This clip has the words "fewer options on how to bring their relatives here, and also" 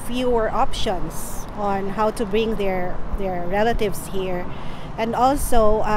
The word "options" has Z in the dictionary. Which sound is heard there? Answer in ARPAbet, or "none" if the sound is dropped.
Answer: S